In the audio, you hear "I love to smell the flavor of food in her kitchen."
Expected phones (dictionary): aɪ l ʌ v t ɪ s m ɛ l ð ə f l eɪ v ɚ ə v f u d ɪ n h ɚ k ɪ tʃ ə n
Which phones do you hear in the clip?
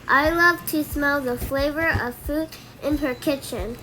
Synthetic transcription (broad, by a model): aɪ l ʌ v t ɪ s m ɛ l ð ə f l eɪ v ɚ ə v f u d ɪ n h ɚ k ɪ tʃ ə n